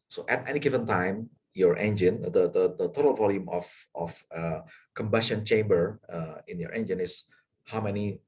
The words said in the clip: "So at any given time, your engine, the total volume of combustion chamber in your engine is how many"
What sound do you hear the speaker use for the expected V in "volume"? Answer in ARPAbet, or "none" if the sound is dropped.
V